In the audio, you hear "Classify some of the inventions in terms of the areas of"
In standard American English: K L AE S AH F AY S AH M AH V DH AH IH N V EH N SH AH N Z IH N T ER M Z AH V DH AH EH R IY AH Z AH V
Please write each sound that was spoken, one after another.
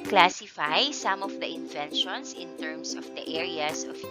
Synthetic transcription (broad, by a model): K L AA S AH F AY S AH M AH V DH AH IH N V EH N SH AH N S IH N T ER M S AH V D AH EH R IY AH S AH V